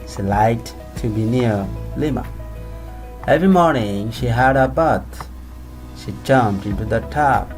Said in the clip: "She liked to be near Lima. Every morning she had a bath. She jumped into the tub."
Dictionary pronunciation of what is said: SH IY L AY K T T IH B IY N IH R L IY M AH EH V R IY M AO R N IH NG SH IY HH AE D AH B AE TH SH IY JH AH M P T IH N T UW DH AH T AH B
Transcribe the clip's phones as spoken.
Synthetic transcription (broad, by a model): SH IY L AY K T T IH B IY N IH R L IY M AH EH V R IY M AO R N IH NG SH IY HH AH D AH B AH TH SH IY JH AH M T IH N T UW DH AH T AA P